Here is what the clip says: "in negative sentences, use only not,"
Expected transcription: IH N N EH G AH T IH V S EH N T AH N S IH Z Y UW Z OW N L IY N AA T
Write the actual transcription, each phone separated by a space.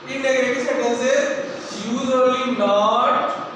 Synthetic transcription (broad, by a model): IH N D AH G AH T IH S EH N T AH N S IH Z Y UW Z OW L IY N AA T